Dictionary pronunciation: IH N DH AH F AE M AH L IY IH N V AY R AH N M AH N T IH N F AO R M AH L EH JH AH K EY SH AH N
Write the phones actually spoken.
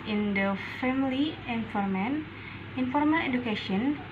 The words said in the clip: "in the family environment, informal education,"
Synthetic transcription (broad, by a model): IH N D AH F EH M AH L IY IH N F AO R M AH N IH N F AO R M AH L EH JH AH K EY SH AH N